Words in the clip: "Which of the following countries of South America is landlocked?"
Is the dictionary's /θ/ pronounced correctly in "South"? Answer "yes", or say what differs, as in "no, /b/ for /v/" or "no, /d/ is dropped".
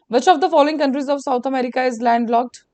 no, /t/ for /θ/